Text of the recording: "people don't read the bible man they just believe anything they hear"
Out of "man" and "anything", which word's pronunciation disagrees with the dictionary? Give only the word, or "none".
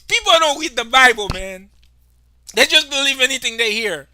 none